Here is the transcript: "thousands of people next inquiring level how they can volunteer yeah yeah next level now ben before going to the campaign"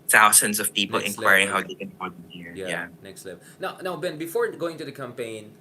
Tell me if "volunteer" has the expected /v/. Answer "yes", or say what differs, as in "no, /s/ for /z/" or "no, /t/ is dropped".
no, /f/ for /v/